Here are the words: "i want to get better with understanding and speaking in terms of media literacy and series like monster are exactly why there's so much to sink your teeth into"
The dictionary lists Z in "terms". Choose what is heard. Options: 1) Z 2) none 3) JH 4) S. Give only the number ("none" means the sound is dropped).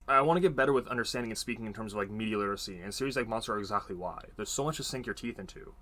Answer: 1